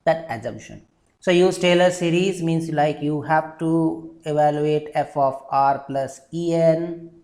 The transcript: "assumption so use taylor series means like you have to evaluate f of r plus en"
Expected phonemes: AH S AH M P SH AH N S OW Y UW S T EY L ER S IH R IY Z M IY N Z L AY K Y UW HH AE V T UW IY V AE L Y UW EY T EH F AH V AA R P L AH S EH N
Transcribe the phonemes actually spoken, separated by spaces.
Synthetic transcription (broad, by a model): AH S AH M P SH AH N S OW Y UW S T EY L ER S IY R IY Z M IY N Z L AY K Y UW HH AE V T UW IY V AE L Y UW EY T EH F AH F AA R P L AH S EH N